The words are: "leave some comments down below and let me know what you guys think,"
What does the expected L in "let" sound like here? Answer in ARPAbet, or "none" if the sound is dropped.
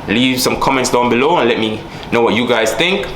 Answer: L